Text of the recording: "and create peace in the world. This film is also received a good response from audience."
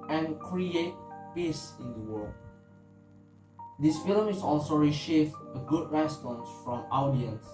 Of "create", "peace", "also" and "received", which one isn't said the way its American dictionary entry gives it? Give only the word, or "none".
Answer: received